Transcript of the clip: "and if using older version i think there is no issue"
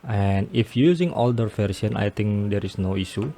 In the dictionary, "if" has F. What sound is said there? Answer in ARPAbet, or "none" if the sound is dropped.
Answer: F